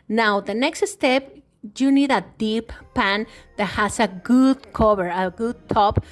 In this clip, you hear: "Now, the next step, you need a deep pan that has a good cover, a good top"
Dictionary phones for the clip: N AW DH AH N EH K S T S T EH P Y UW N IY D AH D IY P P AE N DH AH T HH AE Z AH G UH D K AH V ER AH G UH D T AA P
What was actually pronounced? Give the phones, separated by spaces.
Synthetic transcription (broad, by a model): N AW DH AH N EH K S T S T EH P Y UW N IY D AH D IY P P AE N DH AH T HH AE S AH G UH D K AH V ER AH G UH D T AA P